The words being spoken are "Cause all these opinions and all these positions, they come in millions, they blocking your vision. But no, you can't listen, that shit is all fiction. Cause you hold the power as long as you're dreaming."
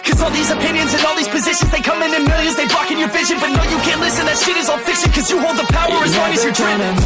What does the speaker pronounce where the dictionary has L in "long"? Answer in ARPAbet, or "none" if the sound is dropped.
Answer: W